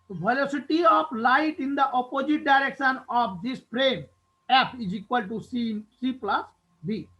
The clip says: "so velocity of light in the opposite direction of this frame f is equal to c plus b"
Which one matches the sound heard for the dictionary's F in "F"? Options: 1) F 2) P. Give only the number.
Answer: 2